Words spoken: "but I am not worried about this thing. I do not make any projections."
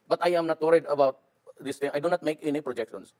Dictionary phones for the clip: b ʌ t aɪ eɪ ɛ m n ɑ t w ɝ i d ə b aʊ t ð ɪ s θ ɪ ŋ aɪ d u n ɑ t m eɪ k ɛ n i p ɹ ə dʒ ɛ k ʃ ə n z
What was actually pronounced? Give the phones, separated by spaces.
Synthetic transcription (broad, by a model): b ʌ t aɪ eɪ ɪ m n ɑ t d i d ə b aʊ t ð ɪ s t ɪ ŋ aɪ d u n ɑ t m eɪ k ɛ n i p ɹ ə dʒ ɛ k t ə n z